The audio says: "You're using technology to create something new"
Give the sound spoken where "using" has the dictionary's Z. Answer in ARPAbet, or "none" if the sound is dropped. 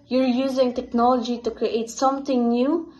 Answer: Z